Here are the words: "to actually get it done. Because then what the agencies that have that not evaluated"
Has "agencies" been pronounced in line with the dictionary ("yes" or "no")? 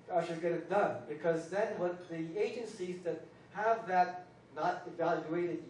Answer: yes